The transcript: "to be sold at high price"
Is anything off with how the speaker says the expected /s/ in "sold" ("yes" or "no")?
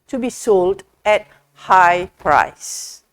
no